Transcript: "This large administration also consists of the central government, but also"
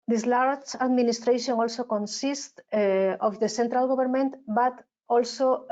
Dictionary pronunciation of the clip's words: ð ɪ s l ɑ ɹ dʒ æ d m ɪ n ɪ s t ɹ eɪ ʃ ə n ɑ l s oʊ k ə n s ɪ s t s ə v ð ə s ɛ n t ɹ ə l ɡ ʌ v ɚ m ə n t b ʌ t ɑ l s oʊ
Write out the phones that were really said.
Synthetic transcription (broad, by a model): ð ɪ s l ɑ ɹ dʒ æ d m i n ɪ s t ɹ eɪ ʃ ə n ɑ l s oʊ k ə n s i s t ə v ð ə s ɛ n t ɹ ə l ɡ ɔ b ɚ m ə n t b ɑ t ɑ l s oʊ